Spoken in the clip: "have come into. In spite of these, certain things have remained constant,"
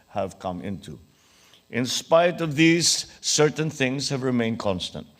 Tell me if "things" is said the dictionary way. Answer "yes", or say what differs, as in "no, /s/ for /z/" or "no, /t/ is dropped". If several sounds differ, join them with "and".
yes